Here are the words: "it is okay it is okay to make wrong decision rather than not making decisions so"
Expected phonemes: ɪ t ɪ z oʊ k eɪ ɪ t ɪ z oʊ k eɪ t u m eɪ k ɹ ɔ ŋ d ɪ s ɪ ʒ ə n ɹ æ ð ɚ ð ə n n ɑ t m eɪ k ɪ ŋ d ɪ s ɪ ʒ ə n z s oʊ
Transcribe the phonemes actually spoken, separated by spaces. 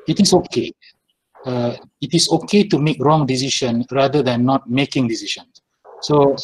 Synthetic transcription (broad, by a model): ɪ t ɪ s oʊ k eɪ ɪ t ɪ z oʊ k eɪ t u m eɪ k ɹ ɔ ŋ d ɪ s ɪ ʃ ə n ɹ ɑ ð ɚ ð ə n n ɑ t m eɪ k ɪ ŋ d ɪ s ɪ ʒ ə n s s oʊ